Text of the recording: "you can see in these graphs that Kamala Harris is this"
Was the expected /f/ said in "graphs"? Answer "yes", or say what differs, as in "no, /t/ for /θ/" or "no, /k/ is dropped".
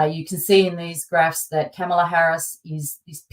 yes